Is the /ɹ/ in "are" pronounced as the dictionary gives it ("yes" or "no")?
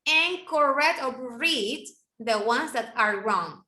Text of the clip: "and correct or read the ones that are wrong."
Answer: yes